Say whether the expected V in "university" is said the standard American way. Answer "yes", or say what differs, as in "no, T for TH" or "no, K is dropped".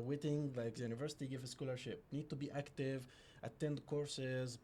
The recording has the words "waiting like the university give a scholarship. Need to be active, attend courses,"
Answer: yes